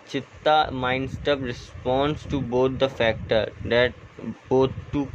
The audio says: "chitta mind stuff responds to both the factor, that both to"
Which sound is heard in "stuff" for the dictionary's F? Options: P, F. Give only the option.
P